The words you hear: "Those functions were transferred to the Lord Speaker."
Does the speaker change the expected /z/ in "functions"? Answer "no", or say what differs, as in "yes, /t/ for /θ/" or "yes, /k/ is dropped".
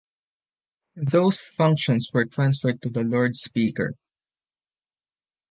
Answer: yes, /s/ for /z/